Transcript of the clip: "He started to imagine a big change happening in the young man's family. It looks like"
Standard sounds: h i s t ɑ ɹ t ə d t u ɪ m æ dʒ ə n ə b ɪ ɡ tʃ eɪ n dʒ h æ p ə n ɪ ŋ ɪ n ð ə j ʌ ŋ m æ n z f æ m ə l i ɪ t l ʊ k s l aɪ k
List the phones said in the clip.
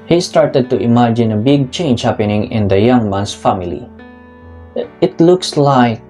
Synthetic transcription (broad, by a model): h i s t ɑ ɹ t ə d t u ɪ m æ dʒ ə n ə b ɪ ɡ tʃ eɪ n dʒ h æ p ə n ɪ ŋ ɪ n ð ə j ʌ ŋ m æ n s f æ m ə l i ɪ t l ʊ k s l aɪ k